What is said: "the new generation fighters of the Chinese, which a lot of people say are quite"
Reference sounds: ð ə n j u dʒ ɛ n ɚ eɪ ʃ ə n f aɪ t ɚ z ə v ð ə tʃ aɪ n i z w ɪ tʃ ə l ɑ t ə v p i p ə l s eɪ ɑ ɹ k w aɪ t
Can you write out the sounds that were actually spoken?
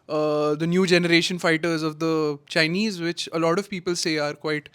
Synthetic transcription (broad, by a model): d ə n j u dʒ ɛ n ɚ eɪ ʃ ə n f aɪ t ɚ z ə v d ə tʃ aɪ n i z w ɪ tʃ ə l ɑ t ə v p i p ə l s eɪ ɑ ɹ k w aɪ t